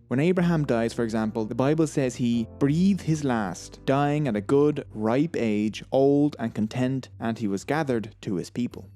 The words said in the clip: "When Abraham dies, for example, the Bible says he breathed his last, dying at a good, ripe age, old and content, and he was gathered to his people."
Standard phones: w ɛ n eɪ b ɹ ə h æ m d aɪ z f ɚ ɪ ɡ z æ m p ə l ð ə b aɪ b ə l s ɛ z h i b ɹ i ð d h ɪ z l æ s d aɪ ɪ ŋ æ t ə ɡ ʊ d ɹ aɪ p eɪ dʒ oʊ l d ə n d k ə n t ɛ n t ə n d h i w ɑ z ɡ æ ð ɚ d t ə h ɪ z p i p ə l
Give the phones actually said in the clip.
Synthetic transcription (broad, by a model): w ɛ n eɪ b ɹ ə h æ m d aɪ z f ɚ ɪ ɡ z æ m p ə l ð ə b aɪ b ə l s ɛ z h i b ɹ i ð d h ɪ z l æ s d aɪ ɪ ŋ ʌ t ə ɡ ʊ d ɹ aɪ p eɪ dʒ oʊ l d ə n k ə n t ɛ n t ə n i w ɑ z ɡ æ ð ɚ d t ə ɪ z p i p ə l